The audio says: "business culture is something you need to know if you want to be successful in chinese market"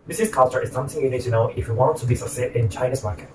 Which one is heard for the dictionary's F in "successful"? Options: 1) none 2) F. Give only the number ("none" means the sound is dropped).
1